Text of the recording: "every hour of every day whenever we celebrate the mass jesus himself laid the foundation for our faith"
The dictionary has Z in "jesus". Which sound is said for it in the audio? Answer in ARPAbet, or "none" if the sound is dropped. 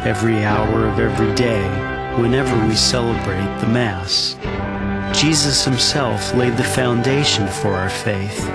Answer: Z